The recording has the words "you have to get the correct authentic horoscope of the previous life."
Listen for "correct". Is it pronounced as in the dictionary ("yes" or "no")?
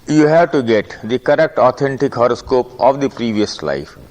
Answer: yes